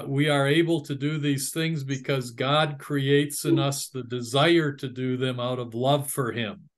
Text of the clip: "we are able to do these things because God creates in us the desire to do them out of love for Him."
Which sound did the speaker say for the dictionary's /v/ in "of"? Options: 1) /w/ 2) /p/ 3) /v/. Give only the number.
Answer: 3